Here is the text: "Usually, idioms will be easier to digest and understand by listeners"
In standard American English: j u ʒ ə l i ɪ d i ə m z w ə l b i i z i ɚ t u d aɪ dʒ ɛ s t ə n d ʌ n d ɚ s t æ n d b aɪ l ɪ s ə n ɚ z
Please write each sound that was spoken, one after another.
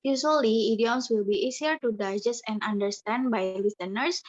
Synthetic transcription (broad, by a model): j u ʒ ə l i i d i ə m s w ə l b i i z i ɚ t u d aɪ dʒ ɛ s ə n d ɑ n d ɚ s t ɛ n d b aɪ l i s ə n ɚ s